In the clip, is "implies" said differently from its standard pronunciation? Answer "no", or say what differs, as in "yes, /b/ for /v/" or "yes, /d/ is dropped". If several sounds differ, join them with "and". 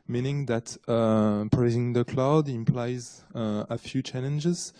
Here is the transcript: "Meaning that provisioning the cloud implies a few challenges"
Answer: no